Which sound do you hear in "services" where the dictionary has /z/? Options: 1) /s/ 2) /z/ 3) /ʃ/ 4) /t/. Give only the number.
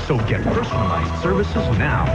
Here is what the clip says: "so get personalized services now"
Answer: 2